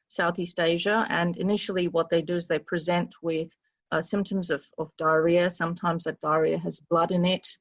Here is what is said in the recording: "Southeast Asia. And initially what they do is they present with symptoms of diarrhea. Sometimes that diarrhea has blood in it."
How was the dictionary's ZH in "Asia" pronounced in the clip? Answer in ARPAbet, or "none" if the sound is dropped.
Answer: ZH